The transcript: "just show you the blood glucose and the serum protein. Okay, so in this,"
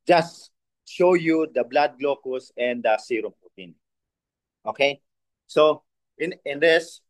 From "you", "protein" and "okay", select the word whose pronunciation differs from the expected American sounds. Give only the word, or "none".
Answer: protein